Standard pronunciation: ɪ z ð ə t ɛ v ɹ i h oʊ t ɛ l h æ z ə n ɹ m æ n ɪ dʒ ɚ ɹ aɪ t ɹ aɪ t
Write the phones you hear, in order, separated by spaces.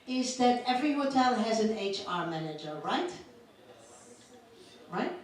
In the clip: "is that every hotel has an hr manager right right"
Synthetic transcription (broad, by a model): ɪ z ð ə t ɛ v ɹ i h oʊ t ɛ l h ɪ z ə n ɹ m æ n ɪ dʒ ɚ ɹ aɪ t ɹ aɪ t